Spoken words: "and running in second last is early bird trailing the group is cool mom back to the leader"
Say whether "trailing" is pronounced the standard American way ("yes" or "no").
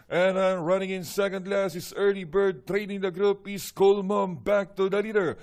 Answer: no